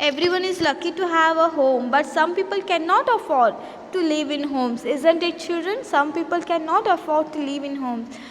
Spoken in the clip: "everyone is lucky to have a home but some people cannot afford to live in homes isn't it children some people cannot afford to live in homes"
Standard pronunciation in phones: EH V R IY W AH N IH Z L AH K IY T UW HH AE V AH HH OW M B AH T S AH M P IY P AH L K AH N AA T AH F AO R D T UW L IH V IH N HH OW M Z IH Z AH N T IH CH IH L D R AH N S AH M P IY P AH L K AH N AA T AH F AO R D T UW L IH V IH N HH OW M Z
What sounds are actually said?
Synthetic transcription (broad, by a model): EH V R IY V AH N IH Z L AH K IY T UW HH AE V AH HH OW M B AH T S AH M P IY P AH L K AH N AA T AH F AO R D T UW L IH V IH N HH OW M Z IH Z AH N T IH CH IH L D R AH N S AH M P IY P AH L K AH N AA T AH F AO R D T UW L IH V IH N HH OW M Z